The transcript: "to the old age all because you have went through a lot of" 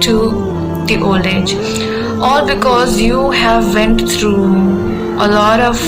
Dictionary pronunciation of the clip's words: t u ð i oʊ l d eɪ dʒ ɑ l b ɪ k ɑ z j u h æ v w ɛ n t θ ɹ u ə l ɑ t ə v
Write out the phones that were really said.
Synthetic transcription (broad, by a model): t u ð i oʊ l eɪ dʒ ɑ l b ɪ k ɑ z j u h æ v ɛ n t t ɹ u ə l ɑ t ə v